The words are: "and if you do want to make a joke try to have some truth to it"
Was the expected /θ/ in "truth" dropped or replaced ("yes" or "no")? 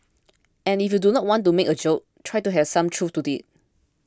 yes